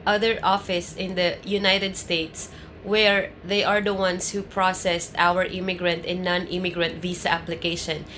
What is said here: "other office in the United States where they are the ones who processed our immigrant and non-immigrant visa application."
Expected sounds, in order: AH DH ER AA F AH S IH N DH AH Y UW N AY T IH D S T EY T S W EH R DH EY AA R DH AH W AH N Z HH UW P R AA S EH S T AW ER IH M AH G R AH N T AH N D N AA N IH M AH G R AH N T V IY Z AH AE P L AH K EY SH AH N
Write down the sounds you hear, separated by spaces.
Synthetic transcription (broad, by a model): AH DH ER AA F AH S IH N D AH Y UW N AY T IH D S T EY T S W EH R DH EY AA R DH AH W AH N S HH UW P R AA S EH S T AW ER IH M AH G R AH N T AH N N AA N IH M AH G R AH N T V IY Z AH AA P L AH K EY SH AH N